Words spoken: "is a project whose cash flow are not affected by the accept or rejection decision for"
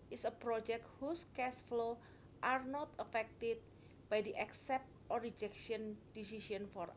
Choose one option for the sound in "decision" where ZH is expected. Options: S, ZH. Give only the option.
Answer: S